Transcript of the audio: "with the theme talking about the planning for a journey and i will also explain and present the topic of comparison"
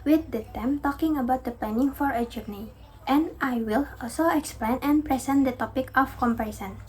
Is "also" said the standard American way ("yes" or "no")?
yes